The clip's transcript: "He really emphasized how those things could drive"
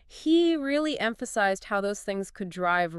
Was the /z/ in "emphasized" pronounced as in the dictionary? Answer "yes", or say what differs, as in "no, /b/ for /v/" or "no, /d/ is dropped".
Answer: yes